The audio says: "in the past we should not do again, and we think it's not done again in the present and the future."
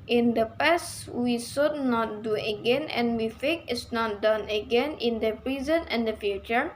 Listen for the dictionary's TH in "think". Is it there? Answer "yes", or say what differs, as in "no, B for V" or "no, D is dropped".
no, F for TH